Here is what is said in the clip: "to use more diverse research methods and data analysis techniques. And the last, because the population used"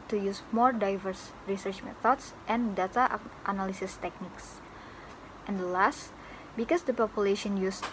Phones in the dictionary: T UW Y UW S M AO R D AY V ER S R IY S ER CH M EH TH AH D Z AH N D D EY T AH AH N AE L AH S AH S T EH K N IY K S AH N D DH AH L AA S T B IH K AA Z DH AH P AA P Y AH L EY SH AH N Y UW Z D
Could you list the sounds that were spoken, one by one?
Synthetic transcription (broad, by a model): T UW Y UW S M AO R D AY V ER S R IY S ER CH M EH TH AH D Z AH N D D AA T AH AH N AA L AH S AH S T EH K N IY K S AH N D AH L AA S T B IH K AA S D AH P AA P Y AH L EY SH AH N Y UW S